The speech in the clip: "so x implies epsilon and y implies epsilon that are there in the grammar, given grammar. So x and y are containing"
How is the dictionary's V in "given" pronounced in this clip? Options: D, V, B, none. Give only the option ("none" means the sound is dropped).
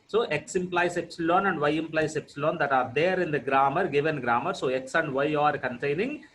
V